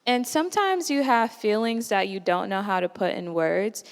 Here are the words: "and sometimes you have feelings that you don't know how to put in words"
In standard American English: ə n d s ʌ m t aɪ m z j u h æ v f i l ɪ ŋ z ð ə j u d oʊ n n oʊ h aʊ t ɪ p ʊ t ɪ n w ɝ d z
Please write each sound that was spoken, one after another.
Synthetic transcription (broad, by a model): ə n s ʌ m t aɪ m z j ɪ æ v f i l ɪ ŋ z ð ə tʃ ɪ d oʊ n n oʊ h aʊ t ɪ p ʊ t ɪ n w ɝ d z